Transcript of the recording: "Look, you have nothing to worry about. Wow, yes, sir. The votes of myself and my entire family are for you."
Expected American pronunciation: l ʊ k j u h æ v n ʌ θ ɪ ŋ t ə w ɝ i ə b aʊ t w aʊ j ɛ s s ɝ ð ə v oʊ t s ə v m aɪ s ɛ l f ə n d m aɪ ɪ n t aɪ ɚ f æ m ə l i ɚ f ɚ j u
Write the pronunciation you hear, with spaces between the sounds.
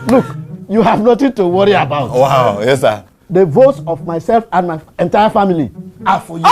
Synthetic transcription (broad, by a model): l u k j u h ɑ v n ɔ t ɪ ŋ t ə w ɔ i ə b aʊ t w aʊ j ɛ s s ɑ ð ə v oʊ t s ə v m aɪ s ɛ l f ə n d m aɪ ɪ n t aɪ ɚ f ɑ m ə l i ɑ f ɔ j